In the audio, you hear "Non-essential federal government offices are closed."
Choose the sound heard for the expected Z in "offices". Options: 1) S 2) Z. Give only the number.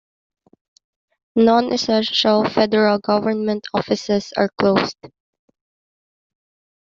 1